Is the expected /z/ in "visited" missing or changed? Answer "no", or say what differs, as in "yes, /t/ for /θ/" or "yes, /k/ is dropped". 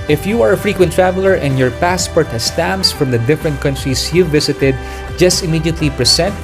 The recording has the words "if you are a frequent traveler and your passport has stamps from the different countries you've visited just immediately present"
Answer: yes, /s/ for /z/